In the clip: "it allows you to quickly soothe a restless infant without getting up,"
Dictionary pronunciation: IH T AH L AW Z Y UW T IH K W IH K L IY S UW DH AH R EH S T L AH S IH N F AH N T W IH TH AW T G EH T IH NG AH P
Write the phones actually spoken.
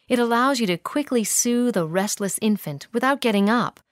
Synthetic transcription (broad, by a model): IH T AH L AW Z Y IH T IH K W IH K L IY S UW DH AH R EH S T L AH S IH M F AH N T W IH TH AW T G EH T IH NG AH P